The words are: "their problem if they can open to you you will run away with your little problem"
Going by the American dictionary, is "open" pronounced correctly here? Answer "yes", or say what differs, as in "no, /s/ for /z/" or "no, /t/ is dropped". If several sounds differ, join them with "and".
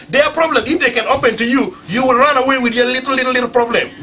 yes